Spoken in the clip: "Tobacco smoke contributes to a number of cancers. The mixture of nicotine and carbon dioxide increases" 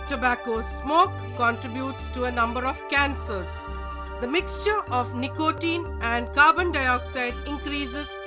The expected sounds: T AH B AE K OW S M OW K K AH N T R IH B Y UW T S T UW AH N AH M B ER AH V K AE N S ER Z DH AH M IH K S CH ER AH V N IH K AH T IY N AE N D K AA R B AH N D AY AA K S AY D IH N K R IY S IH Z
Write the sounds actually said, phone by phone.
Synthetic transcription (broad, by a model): T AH B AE K OW S M OW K K AH N T R IH B Y UW T S T UW AH N AH M B ER AH V K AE N S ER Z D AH M IH K S CH ER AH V N IH K AH T IY N AE N D K AA R B AH N D AY AA K S AY D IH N K R IY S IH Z